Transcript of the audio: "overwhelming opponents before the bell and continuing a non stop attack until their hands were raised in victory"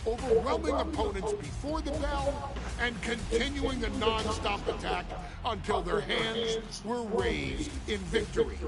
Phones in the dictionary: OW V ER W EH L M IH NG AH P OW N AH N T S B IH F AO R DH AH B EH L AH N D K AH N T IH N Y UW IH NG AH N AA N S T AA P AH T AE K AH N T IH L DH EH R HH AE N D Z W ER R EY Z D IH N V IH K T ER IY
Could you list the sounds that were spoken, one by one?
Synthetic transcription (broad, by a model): OW V ER W EH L M IH NG AH P OW N AH N T S B IH F AO R DH AH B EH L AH N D K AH N T IH N Y UW IH NG AH N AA N S T AA P AH T AE K AH N T IH L DH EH R HH AE N D Z W ER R EY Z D IH N V IH K T ER IY